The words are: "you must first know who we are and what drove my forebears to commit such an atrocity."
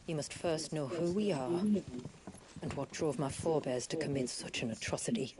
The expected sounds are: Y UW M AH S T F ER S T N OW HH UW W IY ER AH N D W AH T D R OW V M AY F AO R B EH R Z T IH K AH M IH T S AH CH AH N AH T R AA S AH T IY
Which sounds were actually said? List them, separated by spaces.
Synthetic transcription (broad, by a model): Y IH M AH S T F ER S T N OW HH UW W IY ER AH N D W AH T D R OW V M AY F AO R B EH R Z T IH K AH M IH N S AH CH AH N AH T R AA S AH T IY